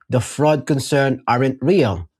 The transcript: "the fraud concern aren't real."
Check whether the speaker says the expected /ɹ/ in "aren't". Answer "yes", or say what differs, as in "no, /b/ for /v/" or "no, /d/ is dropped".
yes